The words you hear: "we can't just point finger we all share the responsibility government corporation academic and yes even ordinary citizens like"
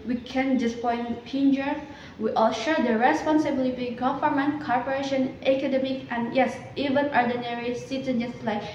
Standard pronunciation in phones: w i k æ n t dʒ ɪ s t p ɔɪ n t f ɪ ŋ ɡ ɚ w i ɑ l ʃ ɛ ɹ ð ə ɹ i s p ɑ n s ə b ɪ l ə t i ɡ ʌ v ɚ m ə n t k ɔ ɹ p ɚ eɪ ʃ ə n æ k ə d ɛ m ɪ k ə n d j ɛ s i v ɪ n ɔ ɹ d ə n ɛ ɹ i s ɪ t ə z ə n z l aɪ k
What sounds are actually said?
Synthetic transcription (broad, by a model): w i k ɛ n dʒ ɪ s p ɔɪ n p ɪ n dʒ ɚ w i ɑ l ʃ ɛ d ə ɹ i s p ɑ n s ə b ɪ l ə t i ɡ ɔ f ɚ m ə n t k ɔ ɹ p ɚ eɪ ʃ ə n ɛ k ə d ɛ m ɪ k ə n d j ɛ s i v ɪ n ɔ ɹ d ə n ɛ ɹ i s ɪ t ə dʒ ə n s l aɪ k